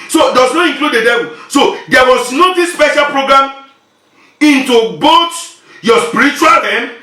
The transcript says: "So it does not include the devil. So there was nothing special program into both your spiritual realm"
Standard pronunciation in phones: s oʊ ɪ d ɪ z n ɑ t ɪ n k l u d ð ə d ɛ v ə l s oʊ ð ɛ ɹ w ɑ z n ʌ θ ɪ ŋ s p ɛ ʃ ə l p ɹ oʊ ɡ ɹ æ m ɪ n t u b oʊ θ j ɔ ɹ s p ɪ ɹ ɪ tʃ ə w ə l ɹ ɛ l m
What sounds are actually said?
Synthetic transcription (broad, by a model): s oʊ d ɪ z n ɑ t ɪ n k l u d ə d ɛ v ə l s oʊ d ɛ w ɑ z n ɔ t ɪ s p ɛ ʃ ə l p ɹ oʊ ɡ ɹ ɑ m ɪ n t u b oʊ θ j ɔ s p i ɹ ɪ tʃ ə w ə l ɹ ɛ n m